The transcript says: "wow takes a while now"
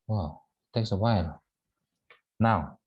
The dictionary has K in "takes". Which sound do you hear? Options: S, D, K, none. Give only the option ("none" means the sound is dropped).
K